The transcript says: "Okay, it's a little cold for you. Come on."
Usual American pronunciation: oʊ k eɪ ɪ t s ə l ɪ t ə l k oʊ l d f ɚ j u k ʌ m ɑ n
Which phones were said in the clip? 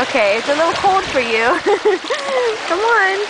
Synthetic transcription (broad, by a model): oʊ k eɪ ɪ t s ə l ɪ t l k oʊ d f ɚ j u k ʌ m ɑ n